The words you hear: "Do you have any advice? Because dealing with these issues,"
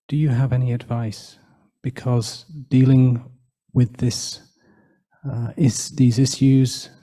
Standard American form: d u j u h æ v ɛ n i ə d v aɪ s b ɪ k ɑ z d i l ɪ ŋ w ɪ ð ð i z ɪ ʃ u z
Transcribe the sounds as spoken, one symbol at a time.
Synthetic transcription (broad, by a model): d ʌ j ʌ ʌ v ɛ n i ə d v aɪ s b ɪ k ɑ z d i l ɪ ŋ w ɪ ð ð i z ɪ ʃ u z